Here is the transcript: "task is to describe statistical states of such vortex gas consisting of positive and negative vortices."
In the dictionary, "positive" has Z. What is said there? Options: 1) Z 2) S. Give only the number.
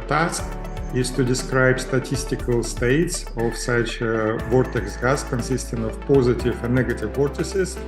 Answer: 1